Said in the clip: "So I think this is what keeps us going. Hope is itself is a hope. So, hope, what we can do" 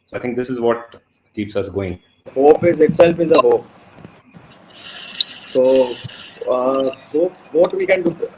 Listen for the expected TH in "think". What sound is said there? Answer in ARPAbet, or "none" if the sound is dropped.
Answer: T